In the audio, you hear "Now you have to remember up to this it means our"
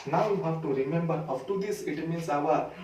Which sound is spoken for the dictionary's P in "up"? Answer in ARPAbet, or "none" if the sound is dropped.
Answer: F